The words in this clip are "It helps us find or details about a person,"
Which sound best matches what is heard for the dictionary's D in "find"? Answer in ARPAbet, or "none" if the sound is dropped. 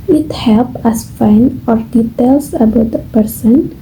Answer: none